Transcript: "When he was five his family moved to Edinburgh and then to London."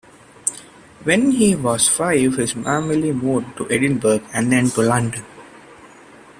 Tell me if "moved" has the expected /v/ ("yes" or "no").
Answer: no